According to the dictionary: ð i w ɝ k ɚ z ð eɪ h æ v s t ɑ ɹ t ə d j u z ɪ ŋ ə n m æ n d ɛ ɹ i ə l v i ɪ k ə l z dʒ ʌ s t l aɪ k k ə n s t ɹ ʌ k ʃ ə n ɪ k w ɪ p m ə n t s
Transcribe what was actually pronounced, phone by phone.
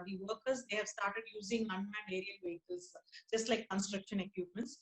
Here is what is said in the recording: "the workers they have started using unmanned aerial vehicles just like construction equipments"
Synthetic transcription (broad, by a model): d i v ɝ k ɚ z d eɪ h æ v s t ɑ ɹ t ə d j u z ɪ ŋ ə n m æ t ɛ ɹ i ə l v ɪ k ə z dʒ ʌ s t l aɪ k k ə n s t ɹ ʌ k ʃ ə n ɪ k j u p m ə n t s